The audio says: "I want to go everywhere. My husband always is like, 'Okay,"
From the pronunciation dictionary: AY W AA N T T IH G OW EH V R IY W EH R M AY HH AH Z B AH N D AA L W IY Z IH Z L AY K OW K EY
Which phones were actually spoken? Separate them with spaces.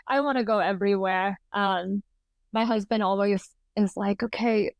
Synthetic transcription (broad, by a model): AY W AA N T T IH G OW EH V R IY W EH R M AY HH AH Z B AH N D AA L W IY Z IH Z L AY K OW K EY